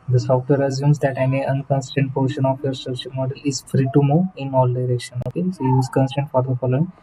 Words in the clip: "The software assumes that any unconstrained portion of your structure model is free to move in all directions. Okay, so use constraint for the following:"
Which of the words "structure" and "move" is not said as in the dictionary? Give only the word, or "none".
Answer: move